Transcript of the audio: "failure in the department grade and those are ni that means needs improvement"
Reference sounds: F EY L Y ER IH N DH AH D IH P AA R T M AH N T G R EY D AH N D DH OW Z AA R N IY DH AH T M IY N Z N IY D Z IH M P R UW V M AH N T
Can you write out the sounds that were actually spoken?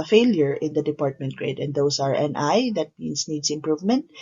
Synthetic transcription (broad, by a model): F EY L Y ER IH N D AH D IH P AA R T M AH N T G R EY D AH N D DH OW S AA R N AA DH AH T M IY N S N IY D S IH M P R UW V M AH N T